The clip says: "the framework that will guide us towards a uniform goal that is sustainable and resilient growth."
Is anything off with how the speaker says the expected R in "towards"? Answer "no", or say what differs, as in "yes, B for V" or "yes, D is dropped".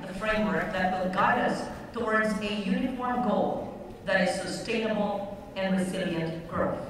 no